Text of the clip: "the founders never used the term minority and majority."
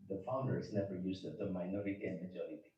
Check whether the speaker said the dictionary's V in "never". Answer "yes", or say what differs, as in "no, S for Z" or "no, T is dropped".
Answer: yes